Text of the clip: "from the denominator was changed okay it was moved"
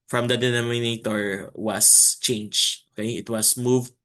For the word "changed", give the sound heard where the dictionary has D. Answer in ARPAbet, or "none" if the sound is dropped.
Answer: none